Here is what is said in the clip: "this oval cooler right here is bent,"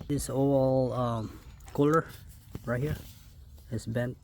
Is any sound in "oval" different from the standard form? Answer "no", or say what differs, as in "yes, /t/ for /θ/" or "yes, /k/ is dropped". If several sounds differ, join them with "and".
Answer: yes, /v/ is dropped